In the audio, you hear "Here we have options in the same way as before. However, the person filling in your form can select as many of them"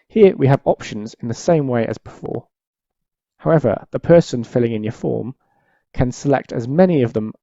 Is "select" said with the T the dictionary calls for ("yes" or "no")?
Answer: yes